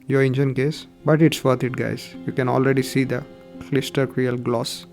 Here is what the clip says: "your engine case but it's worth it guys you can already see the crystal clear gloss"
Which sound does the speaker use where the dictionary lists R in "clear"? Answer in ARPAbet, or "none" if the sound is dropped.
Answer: L